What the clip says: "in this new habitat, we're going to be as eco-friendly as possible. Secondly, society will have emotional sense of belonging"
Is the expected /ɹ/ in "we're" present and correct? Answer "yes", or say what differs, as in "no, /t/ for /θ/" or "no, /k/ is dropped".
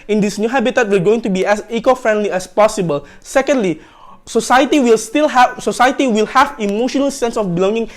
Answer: no, /l/ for /ɹ/